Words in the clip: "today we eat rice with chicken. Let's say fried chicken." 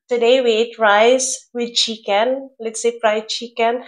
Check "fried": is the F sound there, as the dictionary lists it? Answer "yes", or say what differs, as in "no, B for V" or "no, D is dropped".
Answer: no, P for F